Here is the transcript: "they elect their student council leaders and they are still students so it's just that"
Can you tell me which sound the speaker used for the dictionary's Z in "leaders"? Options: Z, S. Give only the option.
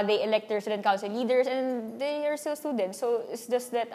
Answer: S